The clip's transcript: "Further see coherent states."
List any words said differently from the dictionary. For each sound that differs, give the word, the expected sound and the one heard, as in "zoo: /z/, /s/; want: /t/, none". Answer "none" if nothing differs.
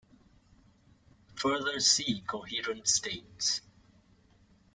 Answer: none